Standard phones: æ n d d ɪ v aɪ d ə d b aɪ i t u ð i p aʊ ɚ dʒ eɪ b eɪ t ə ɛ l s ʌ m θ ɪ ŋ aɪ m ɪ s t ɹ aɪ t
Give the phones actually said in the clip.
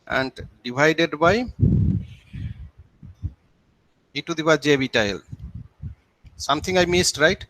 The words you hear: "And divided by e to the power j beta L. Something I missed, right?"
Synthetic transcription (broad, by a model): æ n d d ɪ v aɪ d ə d b aɪ i t u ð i b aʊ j dʒ eɪ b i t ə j l s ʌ m t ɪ ŋ aɪ m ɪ s t ɹ aɪ t